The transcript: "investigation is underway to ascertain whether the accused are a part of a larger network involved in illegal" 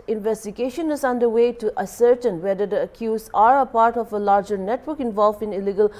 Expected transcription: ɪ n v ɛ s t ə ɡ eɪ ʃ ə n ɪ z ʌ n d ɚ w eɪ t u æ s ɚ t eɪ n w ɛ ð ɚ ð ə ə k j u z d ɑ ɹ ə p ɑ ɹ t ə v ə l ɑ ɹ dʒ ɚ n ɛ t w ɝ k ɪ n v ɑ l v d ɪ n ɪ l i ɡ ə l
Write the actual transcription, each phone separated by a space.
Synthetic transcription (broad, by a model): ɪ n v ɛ s t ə ɡ eɪ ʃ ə n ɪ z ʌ n d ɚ w eɪ t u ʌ s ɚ t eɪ n w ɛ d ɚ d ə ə k j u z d ɑ ɹ ə p ɑ ɹ t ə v ə l ɑ ɹ dʒ ɚ n ɛ t w ɝ k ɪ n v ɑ l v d ɪ n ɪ l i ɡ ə l